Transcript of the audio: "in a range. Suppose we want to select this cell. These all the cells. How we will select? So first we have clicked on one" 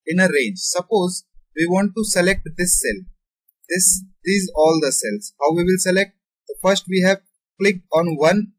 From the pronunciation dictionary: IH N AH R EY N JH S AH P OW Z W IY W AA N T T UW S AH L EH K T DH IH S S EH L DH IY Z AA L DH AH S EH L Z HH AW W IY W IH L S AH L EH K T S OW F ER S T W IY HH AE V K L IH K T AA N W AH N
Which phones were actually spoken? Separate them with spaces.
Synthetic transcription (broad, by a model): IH N AH R EY JH S AH P OW Z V IY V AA N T T UW S AH L EH K T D IH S S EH L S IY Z AA L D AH S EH L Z HH AW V IY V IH L S AH L EH K T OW F ER S T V IY HH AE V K L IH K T AA N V AH N